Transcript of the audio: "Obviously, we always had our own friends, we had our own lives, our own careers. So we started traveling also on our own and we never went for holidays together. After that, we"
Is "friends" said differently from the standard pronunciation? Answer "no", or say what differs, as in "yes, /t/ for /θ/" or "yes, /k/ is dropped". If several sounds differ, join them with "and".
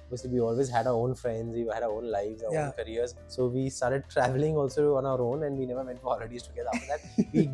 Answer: no